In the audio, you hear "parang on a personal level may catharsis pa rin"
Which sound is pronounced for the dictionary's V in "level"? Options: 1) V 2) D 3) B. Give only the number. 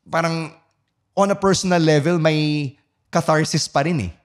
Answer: 1